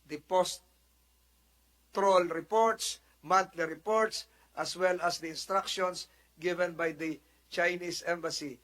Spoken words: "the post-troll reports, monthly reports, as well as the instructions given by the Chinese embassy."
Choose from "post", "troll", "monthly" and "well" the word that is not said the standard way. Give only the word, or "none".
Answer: monthly